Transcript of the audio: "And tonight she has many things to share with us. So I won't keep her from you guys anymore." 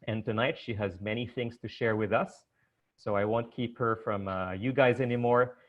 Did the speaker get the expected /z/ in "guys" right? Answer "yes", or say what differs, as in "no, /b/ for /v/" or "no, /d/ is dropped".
yes